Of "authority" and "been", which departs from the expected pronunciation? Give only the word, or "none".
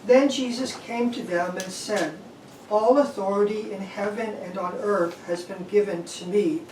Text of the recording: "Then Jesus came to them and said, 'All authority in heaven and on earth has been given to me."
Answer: none